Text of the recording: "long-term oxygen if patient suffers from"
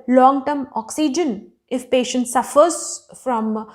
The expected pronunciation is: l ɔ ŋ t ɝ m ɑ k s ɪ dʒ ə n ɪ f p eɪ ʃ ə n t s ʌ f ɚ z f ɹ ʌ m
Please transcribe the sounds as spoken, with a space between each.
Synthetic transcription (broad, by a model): l ɔ ŋ t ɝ m ɑ k s ɪ dʒ ə n ɪ f p eɪ ʃ ə n t s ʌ f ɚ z f ɹ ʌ m